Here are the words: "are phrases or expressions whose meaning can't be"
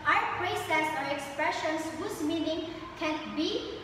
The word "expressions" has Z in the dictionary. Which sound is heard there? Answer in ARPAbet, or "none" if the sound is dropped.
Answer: S